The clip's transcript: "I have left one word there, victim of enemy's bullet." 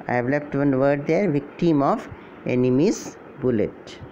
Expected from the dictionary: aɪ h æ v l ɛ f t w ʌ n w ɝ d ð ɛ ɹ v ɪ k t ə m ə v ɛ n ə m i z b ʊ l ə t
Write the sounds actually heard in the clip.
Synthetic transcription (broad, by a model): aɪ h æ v l ɛ f t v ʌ n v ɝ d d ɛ ɹ v ɪ k t ə m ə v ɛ n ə m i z b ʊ l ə t